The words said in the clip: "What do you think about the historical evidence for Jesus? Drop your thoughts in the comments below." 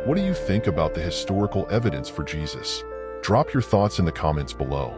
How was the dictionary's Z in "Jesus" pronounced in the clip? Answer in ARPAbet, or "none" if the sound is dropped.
Z